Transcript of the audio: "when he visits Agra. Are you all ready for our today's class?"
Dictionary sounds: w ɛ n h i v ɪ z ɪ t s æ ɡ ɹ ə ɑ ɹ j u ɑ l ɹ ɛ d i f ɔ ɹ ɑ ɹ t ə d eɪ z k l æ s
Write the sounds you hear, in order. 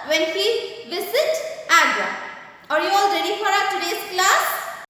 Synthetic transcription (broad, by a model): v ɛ n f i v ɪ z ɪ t æ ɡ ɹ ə ɑ ɹ j u ɑ l ɹ ɛ d i f ɔ ɹ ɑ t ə d eɪ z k l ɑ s